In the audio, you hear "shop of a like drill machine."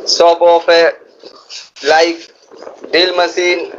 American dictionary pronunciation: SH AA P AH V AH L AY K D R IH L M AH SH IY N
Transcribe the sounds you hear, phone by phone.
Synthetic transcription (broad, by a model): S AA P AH P AH L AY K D IH L M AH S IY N